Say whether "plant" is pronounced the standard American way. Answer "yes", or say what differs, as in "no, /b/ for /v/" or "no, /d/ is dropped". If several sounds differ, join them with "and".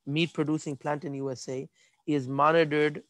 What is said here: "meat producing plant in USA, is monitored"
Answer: yes